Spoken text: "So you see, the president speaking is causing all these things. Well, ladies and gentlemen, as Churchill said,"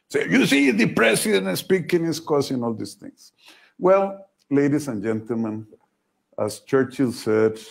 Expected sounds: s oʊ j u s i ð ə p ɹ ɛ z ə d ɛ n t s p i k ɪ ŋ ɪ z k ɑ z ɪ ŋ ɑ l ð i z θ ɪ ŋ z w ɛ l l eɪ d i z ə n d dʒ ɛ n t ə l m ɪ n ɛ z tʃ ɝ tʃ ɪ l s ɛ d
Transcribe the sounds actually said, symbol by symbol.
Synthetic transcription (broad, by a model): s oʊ j u s i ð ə p ɹ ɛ s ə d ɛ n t s p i k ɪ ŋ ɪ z k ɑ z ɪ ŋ ɑ l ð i s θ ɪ ŋ s w ɛ l l eɪ d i s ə n dʒ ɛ n t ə l m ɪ n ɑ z tʃ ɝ tʃ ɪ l s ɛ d